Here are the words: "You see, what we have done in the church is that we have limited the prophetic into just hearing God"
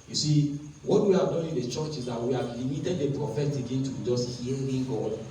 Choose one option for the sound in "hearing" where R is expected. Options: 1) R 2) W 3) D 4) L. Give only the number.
4